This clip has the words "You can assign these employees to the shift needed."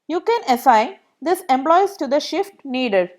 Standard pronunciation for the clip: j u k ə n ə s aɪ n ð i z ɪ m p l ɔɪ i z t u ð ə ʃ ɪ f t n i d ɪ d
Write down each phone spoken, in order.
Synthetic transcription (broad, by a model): j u k ə n ə s aɪ n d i s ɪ m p l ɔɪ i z t u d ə ʃ ɪ f t n i d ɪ d